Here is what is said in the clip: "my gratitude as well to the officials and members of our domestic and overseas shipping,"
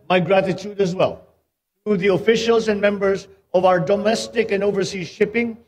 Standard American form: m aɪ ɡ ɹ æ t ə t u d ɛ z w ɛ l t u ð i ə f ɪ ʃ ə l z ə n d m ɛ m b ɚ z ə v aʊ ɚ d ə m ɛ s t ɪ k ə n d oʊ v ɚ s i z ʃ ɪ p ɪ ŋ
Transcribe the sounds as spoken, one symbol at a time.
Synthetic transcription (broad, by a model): m aɪ ɡ ɹ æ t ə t u d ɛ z w ɛ l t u ð i ə f ɪ ʃ ə l z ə n m ɛ m b ɚ z ə v aʊ ɚ d ə m ɛ s t ɪ k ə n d oʊ v ɚ s i z ʃ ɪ p ɪ ŋ